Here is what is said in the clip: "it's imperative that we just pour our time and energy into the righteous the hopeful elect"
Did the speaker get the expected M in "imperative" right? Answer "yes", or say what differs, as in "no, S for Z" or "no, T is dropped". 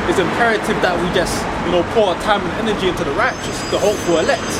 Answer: yes